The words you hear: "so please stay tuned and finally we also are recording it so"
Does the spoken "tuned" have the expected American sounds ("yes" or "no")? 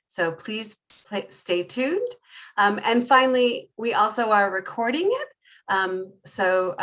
yes